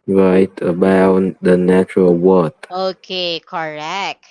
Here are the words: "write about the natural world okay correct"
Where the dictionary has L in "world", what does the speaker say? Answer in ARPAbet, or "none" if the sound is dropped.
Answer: none